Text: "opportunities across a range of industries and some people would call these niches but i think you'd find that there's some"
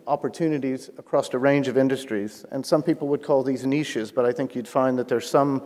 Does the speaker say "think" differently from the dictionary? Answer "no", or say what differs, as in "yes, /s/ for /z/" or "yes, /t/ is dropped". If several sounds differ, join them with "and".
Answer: no